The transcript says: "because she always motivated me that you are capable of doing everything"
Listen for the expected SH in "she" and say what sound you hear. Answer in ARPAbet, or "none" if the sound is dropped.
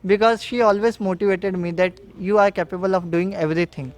SH